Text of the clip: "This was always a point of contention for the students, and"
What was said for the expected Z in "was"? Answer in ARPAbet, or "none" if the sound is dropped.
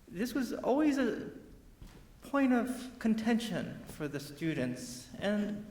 Z